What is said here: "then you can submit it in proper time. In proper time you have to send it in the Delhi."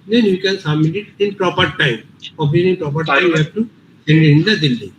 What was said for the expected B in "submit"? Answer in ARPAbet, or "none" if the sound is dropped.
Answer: none